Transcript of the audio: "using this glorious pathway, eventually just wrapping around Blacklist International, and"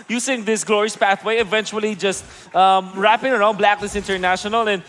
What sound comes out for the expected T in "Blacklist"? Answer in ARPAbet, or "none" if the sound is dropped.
none